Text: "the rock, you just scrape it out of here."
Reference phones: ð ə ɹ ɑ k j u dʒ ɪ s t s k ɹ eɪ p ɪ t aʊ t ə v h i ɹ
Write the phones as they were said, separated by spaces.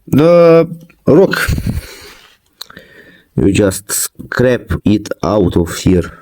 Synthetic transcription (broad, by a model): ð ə ɹ ɑ k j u dʒ ɪ s t s k ɹ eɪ p ɪ t aʊ t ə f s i ɹ